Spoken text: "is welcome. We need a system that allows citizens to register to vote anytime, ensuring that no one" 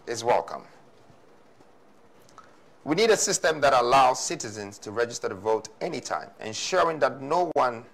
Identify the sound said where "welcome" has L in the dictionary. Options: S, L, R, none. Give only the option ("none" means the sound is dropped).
L